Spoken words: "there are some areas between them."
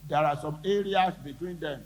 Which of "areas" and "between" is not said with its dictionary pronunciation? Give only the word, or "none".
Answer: areas